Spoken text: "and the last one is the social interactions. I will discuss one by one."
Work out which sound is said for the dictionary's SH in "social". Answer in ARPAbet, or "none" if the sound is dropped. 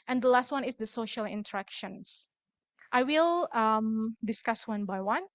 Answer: SH